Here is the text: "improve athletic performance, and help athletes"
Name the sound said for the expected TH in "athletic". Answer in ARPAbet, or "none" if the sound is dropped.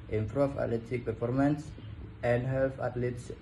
T